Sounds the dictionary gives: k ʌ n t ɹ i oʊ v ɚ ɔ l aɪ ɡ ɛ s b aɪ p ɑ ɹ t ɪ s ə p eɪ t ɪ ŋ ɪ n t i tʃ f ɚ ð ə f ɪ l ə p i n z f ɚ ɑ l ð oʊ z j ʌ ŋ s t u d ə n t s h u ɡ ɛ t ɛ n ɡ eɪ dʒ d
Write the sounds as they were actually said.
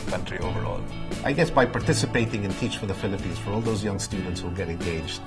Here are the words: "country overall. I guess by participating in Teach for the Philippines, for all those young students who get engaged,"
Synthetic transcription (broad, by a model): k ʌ n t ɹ i oʊ v ɚ ɔ l aɪ ɡ ɛ s b aɪ p ɑ ɹ t ɪ s ə p eɪ t ɪ ŋ ɪ n t i tʃ f ɚ ð ə f ɪ l ə p i n z f ɚ ɑ l ð oʊ z j ʌ ŋ s t u d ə n t s h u ɡ ɛ t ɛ n ɡ eɪ dʒ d